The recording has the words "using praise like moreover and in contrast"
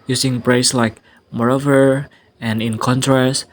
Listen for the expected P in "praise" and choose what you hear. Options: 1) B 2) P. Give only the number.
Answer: 1